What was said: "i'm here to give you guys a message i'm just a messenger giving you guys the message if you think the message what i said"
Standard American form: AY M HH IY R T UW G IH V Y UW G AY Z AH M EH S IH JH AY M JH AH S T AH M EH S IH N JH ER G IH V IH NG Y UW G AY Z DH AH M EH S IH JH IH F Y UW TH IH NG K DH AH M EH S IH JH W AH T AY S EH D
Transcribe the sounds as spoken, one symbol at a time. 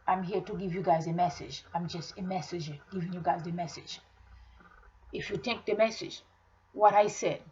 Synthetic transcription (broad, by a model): AY M HH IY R T UW G IH V Y UW G AY Z AH M EH S IH JH AY M JH AH S T AH M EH S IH JH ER G IH V IH NG Y UW G AY Z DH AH M EH S IH JH IH F Y UW T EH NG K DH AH M EH S IH JH W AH T AY S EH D